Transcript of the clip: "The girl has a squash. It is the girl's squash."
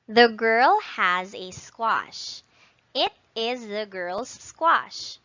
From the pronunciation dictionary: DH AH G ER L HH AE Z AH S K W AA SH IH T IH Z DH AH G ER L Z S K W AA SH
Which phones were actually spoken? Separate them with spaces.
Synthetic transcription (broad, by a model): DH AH G ER L HH AE Z AH S K W AA SH IH T IH Z DH AH G ER L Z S K W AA SH